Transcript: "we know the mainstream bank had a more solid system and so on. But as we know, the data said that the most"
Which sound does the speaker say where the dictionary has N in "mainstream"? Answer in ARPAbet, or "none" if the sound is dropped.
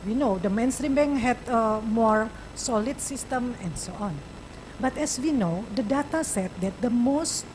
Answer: N